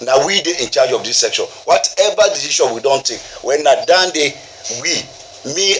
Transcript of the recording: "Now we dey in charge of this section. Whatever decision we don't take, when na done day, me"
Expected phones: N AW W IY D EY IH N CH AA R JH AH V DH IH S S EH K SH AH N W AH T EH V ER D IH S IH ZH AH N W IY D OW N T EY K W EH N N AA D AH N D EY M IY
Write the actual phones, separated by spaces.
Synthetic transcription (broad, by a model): N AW W IY D EY IH N CH AA JH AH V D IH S S EH K SH AH N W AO T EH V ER D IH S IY SH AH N W IY D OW N T EY K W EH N N AA D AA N D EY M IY